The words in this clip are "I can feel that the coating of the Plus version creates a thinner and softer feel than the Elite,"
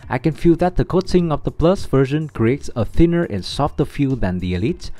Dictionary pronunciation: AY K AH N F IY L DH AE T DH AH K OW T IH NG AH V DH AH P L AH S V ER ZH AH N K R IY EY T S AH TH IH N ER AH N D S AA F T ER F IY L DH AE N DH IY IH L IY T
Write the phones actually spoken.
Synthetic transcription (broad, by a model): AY K AH N F IY L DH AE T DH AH K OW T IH NG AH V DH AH P L AH S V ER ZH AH N K R IY EY T S AH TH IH N ER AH N S AA F T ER F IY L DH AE N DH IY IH L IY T